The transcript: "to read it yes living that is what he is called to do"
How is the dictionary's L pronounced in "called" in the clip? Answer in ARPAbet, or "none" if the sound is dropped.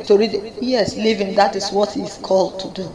L